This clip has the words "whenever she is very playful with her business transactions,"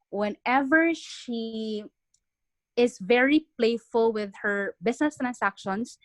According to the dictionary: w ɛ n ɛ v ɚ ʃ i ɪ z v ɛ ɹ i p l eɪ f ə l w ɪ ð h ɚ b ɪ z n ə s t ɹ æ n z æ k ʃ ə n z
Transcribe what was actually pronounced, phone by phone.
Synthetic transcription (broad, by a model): w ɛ n ɛ v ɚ ʃ i ɪ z v ɛ ɹ i p l eɪ f ə l w ɪ ð h ɚ b ɪ s n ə s t ɹ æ n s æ k ʃ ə n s